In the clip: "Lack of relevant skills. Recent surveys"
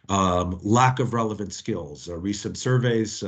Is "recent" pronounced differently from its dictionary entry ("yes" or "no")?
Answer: no